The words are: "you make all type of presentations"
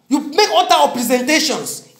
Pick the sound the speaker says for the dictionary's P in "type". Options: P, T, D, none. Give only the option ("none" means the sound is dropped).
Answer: none